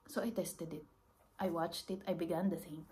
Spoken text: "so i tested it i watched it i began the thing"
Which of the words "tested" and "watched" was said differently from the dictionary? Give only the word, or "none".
none